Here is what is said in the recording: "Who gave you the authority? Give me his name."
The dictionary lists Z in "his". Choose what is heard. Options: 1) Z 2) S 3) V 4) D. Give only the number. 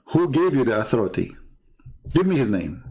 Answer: 1